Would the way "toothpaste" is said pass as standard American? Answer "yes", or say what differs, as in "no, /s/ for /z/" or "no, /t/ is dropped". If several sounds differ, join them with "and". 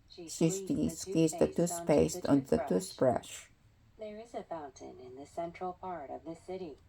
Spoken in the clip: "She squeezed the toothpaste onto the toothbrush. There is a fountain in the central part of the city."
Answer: no, /s/ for /θ/